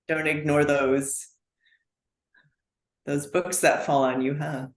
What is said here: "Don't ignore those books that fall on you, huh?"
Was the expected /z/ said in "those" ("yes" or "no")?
yes